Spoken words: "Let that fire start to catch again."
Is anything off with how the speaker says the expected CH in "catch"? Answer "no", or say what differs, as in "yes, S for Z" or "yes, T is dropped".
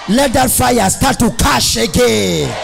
yes, SH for CH